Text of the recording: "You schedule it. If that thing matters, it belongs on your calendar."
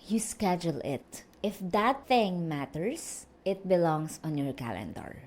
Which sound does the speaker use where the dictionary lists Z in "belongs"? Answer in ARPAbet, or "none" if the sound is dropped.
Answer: S